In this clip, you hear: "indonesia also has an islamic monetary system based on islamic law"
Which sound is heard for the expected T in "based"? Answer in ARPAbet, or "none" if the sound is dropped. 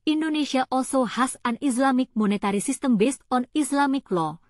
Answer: T